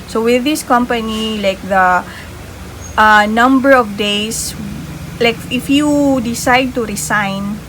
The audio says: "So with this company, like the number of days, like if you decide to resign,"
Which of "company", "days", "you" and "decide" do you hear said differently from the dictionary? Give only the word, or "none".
days